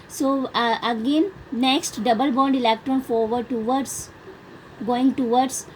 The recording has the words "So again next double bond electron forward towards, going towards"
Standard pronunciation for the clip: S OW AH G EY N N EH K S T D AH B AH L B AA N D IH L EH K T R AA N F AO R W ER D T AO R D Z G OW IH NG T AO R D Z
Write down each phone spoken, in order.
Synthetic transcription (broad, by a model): S OW AH G EY N N EH K S T D AH B AH L B AA N D IH L EH K T R AA N F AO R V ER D T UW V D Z G OW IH NG T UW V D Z